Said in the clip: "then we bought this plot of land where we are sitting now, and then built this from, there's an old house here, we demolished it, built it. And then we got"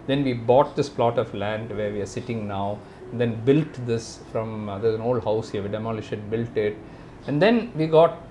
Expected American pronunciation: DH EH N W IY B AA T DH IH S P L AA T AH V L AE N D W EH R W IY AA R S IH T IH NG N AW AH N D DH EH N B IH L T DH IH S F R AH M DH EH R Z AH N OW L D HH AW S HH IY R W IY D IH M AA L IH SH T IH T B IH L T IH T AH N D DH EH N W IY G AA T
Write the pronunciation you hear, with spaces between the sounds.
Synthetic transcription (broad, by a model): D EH N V IY B AA T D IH S P L AA T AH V L AE N D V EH R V IY AA R S IH T IH NG N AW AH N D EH N B IH L T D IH S F R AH M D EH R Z AH N OW L D HH AW S HH IY R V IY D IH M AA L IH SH IH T B IH L T IH T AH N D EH N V IY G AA T